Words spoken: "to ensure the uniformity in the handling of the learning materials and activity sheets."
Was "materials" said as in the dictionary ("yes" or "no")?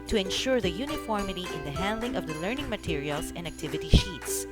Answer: no